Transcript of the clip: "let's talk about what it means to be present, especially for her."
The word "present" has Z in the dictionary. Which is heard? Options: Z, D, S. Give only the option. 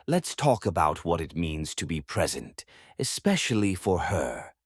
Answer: Z